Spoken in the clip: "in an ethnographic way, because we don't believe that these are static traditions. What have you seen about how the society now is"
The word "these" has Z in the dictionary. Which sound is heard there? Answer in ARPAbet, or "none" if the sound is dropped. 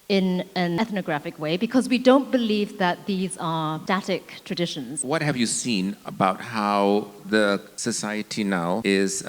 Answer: Z